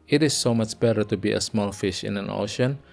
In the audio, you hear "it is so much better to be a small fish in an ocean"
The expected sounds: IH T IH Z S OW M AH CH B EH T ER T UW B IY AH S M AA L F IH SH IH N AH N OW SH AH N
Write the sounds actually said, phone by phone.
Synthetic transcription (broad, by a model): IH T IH S OW M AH CH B EH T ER T UW B IY AH S M AA L F IH SH IH N AH N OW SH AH N